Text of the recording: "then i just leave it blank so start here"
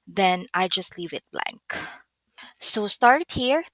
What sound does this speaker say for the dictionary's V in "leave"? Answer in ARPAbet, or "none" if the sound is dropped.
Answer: V